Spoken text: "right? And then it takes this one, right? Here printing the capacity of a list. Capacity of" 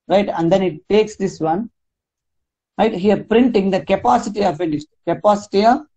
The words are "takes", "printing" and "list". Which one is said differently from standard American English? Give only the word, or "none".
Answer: list